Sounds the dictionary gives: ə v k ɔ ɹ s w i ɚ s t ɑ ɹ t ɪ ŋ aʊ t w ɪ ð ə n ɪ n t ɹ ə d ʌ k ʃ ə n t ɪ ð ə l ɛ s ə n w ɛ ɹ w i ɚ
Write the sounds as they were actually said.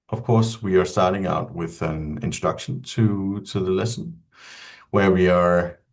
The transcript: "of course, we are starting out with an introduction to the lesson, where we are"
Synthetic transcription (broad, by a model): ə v k ɔ ɹ s w i ɚ s t ɑ ɹ t ɪ ŋ aʊ t w ɪ ð ə n ɪ n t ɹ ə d ʌ k ʃ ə n t ɪ ð ə l ɛ s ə n w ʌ ɹ w i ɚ